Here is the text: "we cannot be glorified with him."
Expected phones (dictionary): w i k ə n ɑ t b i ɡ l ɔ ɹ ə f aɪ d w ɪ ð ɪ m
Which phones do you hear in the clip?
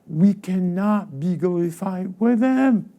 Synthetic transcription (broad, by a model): w i k ə n ɑ t b i ɡ ɔ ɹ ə f aɪ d w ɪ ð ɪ m